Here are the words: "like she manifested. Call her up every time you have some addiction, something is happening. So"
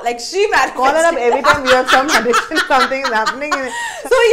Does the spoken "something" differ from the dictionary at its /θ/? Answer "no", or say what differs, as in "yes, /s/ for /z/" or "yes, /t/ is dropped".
yes, /t/ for /θ/